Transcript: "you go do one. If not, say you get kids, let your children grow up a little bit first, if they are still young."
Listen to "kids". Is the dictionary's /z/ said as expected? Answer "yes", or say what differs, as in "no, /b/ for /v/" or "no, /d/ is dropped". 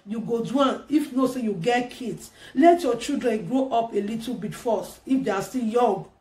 no, /s/ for /z/